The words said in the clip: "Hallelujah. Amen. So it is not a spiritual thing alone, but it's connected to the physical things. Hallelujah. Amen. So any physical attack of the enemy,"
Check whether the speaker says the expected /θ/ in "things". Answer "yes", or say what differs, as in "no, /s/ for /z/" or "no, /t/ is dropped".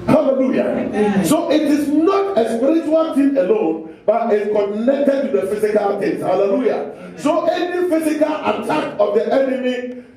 no, /t/ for /θ/